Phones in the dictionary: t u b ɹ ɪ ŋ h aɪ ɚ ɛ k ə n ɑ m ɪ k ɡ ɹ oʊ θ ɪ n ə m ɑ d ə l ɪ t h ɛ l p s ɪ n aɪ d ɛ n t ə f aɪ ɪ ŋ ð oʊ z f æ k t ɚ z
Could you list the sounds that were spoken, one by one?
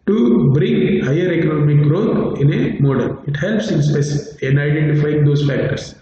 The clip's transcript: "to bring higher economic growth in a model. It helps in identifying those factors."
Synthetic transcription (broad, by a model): t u b ɹ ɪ ŋ h aɪ ɚ ɛ k ə n ɑ m ɪ k ɡ ɹ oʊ t ɪ n ə m ɑ d ə l ɪ t h ɛ l p s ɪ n aɪ d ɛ n t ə f aɪ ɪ ŋ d oʊ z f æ k t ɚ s